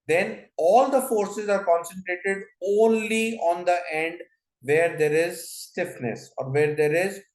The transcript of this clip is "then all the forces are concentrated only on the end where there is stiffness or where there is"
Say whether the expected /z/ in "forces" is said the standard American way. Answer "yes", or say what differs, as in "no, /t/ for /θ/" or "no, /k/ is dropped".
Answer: yes